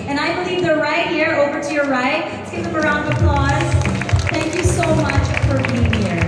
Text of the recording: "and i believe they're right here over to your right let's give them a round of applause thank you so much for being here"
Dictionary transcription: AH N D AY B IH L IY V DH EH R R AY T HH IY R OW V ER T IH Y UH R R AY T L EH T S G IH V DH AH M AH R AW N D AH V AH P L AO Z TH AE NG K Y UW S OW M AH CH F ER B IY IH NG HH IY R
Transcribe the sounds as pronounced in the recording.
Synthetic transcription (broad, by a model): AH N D AY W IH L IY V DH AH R R AY T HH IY R OW V ER T IH Y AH R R AY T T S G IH P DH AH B AH R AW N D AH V AH P L AO Z TH AE NG K Y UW S OW M AH CH F ER B IY IH NG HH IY R